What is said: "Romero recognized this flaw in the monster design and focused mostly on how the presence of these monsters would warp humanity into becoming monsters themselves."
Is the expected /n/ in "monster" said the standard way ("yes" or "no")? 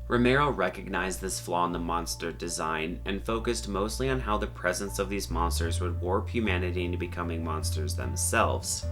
yes